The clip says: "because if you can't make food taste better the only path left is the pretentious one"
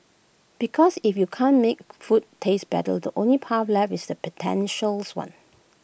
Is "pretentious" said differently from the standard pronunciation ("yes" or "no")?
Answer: yes